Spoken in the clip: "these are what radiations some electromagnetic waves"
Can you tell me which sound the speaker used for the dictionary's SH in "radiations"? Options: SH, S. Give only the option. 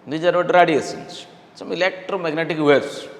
S